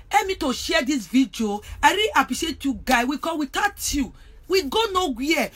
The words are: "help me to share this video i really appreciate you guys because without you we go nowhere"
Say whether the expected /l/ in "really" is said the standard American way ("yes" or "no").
no